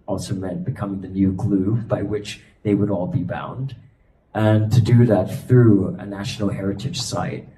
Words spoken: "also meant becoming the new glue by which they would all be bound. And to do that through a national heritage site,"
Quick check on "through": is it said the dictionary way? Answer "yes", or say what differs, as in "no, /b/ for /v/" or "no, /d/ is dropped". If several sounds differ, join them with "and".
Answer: yes